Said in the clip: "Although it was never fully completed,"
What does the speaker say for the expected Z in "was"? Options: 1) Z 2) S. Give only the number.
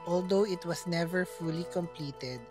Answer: 2